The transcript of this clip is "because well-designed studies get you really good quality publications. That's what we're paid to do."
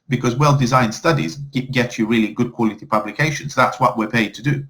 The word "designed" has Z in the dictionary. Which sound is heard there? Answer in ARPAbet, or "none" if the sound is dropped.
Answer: Z